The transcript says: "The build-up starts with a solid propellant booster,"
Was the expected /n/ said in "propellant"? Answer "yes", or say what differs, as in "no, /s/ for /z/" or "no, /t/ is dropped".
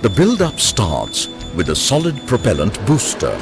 yes